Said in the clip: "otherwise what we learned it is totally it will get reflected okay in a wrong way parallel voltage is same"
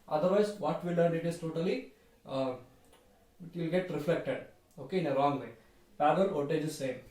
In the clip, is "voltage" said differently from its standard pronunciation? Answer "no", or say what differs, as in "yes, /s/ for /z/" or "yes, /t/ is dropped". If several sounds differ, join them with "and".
yes, /l/ is dropped